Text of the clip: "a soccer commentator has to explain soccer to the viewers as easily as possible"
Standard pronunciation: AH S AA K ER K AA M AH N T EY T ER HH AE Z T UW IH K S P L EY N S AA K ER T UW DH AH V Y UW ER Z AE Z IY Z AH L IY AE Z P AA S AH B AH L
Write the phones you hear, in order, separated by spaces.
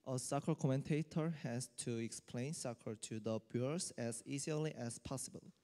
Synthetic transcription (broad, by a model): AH S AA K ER K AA M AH N T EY T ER HH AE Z T UW IH K S P L EY N S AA K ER T UW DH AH B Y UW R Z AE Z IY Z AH L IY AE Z P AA S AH B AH L